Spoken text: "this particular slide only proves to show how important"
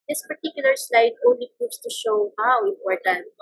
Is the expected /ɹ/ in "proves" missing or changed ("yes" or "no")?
yes